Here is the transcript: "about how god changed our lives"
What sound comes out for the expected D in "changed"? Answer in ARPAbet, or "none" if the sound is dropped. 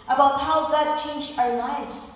none